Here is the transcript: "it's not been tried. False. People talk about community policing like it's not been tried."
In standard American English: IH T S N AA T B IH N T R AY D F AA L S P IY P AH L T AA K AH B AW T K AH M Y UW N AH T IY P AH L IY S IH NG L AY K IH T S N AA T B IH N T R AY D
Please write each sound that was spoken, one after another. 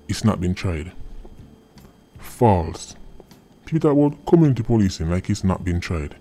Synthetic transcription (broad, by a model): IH T S N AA T B IH N T R AY D F AA L S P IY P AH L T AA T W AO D K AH M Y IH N T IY P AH L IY S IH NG L AY K IH T S N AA T B IH N T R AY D